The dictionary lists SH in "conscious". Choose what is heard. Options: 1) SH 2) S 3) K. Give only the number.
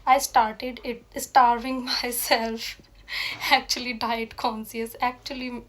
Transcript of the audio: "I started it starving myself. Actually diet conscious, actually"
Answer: 2